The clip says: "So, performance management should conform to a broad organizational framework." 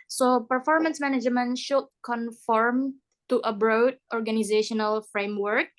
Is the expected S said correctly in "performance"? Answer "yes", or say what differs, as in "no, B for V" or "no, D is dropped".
yes